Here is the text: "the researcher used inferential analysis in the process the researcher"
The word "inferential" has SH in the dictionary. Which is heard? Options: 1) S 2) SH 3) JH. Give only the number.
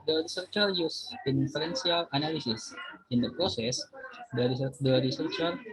1